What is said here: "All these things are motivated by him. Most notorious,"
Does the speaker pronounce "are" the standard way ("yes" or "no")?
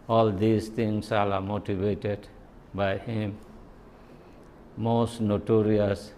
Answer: no